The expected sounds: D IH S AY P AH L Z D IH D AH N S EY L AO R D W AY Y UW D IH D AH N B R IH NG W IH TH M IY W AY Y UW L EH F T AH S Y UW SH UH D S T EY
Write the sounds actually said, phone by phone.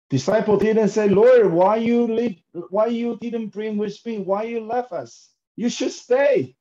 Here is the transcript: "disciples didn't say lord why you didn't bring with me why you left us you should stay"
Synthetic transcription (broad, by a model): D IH S AY P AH L D IH D AH N S EY L AO R D W AY Y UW D IH D AH N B R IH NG W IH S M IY W AY Y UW L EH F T AH S Y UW SH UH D S T EY